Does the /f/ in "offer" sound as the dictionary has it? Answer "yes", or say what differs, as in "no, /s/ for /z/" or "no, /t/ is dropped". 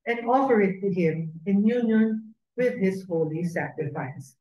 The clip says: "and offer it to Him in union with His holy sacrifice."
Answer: no, /p/ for /f/